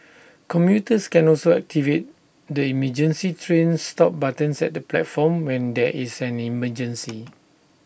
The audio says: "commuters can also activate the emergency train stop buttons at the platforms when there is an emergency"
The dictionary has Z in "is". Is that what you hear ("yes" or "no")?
no